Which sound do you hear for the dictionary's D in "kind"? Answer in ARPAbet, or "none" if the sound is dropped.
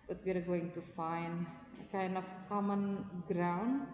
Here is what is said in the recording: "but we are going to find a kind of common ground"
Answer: none